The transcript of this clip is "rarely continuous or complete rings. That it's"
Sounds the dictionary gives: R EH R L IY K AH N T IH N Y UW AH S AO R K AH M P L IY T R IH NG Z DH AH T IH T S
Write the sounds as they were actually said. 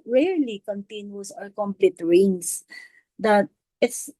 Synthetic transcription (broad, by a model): R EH R L IY K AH N T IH N Y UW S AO L K AH M P L IY T R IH NG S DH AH T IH T S